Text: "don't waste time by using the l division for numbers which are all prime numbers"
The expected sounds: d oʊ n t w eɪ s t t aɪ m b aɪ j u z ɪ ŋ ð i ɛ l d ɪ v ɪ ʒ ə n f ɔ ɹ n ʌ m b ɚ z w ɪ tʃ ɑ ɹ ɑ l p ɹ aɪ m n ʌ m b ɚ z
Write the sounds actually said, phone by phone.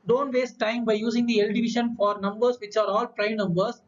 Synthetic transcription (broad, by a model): d oʊ n t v eɪ s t t aɪ m b aɪ j u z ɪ ŋ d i ɛ l d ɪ v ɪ ʃ ə n f ɔ ɹ n ʌ m b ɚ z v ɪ tʃ ɑ ɹ ɑ l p ɹ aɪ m n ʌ m b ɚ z